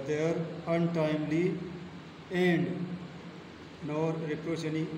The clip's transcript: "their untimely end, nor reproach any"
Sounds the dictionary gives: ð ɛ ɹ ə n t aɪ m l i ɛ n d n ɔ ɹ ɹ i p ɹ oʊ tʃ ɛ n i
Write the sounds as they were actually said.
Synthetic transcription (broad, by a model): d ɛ ɹ ə n t aɪ m l i ɛ n d n ɔ ɹ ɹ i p ɹ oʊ ʃ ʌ n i